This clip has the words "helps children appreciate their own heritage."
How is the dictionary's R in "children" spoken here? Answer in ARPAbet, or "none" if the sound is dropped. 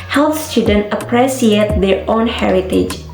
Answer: none